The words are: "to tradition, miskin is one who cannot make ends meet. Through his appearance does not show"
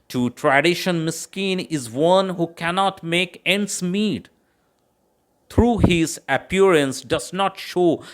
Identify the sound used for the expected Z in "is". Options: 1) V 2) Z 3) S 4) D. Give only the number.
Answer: 2